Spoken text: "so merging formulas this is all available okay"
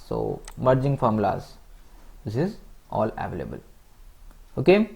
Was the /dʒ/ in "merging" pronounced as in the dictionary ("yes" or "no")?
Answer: yes